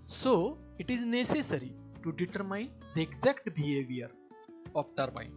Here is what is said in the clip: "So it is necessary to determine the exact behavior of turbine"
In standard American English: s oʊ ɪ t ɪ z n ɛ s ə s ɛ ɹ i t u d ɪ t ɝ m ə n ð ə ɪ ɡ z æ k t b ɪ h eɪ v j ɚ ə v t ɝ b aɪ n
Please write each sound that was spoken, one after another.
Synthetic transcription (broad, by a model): s oʊ ɪ t ɪ z n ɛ s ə s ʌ ɹ i t u d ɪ t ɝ m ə n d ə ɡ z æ k t b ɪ h eɪ v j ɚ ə p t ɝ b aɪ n